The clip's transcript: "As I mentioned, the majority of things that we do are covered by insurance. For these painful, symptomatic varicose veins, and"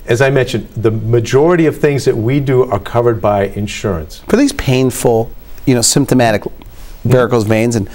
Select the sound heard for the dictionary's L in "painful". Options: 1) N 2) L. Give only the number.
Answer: 1